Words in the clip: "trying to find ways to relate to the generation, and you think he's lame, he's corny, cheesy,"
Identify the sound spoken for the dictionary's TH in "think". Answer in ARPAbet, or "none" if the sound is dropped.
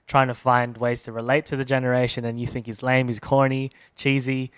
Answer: TH